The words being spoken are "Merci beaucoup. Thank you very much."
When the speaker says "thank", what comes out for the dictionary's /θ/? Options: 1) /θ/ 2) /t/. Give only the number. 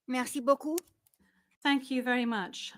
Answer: 1